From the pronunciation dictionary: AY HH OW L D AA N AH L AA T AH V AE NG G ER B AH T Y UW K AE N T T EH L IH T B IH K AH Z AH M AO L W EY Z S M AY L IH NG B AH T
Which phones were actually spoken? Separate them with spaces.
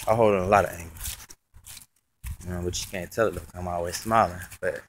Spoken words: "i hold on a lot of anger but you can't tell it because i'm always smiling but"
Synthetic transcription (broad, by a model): AY HH OW L D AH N AH L AA T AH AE NG G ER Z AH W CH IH K AE N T T EH L IH T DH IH AH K AH M AO L W EY Z S M AY L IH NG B AH T